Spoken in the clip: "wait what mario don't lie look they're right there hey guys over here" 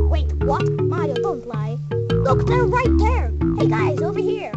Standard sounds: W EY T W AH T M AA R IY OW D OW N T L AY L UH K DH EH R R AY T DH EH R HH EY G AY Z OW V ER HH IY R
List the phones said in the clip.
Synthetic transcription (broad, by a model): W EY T W AH T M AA IY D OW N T L AY L UH K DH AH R R AY T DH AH R HH EY G AY Z OW V ER HH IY R